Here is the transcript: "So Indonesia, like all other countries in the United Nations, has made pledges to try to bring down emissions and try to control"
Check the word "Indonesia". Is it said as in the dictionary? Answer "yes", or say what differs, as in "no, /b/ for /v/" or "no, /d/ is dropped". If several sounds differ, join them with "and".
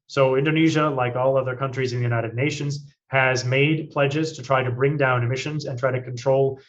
yes